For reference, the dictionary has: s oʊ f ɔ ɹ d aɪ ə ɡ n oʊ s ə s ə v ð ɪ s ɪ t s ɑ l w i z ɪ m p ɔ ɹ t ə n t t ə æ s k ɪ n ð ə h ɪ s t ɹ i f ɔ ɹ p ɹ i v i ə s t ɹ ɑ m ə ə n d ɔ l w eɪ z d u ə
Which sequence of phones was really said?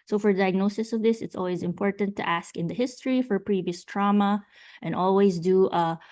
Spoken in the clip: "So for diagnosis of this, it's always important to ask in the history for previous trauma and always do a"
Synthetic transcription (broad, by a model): s oʊ f ɔ ɹ d aɪ ə ɡ n oʊ s ə s ə v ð ɪ s ɪ t s ɑ l w i z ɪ m p ɔ ɹ t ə n t t æ s k ɪ n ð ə h ɪ s t ɹ i f ɔ ɹ p ɹ i v i ə s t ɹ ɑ m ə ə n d ɔ l w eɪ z d u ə